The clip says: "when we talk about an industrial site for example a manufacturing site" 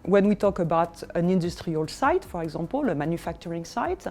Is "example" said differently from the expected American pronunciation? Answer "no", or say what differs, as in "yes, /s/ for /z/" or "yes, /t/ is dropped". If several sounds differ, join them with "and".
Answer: yes, /m/ is dropped